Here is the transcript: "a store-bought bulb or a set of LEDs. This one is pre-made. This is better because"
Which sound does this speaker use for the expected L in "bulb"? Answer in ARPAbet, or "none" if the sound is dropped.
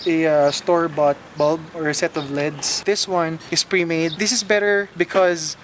L